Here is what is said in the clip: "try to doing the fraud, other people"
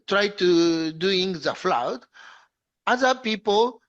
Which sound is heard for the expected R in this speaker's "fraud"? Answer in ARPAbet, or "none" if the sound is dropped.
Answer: L